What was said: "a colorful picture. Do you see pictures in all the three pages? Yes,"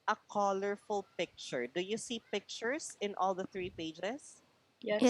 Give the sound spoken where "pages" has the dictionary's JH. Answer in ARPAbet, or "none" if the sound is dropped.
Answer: none